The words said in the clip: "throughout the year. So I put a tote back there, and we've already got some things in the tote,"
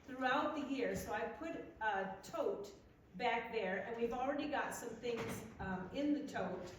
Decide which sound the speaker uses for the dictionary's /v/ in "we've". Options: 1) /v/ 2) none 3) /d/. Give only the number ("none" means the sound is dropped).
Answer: 1